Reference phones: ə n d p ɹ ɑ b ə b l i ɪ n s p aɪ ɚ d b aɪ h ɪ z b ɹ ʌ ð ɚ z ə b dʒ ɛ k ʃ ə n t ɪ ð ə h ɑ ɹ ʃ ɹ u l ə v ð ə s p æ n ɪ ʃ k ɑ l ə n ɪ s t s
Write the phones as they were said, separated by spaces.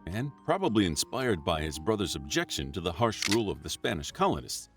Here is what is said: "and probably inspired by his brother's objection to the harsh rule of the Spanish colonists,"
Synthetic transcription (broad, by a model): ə n p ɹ ɑ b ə b l i ɪ n s p aɪ ɚ d b aɪ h ɪ z b ɹ ʌ ð ɚ z ə b dʒ ɛ k ʃ ə n t ɪ ð ə h ɑ ɹ ʃ ɹ u l ə v ð ə s p æ n ɪ ʃ k ɑ l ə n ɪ s t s